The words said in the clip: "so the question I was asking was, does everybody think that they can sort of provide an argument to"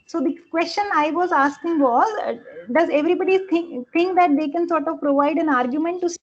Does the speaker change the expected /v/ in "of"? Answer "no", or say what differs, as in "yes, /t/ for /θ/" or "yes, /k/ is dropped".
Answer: no